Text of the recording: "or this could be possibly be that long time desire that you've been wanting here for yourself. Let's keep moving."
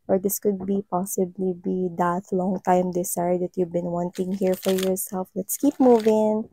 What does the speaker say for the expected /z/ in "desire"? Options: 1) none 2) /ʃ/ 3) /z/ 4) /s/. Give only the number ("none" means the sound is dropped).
4